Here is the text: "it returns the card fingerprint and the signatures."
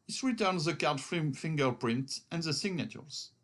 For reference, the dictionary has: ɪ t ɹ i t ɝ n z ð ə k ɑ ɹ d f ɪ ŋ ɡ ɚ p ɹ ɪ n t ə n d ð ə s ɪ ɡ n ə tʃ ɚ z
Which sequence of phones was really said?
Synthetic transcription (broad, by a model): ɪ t ɹ i t ɝ n z ð ə k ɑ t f f ɪ ŋ ɡ ɚ p ɹ ɪ n t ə n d ð ə s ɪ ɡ n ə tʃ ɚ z